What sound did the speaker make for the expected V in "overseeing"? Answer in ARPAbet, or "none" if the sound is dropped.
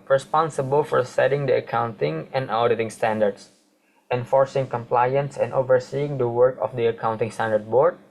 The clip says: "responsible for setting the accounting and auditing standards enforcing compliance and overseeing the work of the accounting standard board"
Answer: V